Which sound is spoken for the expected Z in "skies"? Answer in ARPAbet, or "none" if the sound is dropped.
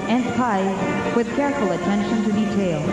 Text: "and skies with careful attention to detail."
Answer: none